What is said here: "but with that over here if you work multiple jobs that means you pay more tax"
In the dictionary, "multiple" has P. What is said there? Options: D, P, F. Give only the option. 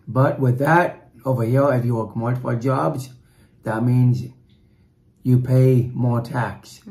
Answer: F